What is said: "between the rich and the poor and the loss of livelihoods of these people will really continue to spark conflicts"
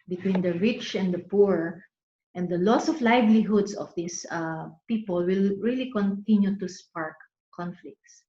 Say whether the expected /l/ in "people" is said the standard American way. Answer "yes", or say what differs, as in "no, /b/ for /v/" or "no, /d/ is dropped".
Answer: yes